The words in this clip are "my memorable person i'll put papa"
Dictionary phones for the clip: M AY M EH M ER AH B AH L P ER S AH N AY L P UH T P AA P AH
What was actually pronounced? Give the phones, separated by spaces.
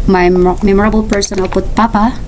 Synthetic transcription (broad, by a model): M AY M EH M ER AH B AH L P ER S AH N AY L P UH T P AA P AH